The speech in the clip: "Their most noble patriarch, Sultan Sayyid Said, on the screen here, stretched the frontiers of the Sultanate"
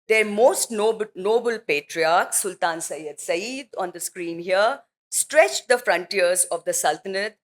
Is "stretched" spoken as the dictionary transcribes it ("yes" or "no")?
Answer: yes